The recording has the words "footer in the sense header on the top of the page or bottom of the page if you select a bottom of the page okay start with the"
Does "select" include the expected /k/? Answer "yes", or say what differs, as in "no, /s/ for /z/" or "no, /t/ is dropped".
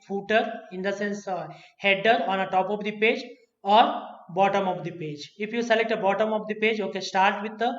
yes